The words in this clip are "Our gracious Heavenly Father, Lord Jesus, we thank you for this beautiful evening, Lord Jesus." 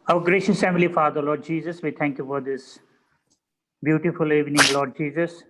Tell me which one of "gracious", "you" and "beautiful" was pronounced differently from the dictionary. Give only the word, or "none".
none